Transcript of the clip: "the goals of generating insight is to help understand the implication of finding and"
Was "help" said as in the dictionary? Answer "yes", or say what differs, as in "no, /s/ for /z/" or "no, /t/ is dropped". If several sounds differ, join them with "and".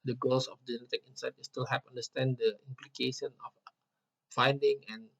no, /l/ is dropped